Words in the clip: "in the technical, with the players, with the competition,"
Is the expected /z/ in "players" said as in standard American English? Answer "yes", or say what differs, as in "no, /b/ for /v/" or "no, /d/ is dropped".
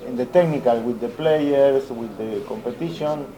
no, /s/ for /z/